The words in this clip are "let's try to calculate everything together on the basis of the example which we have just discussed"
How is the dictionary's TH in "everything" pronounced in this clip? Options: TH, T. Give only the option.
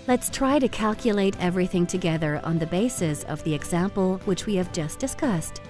TH